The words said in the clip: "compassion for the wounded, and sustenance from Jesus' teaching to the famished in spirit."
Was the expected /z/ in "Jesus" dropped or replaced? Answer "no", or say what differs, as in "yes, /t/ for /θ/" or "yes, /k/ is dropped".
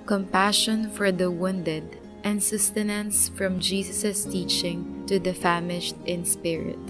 yes, /s/ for /z/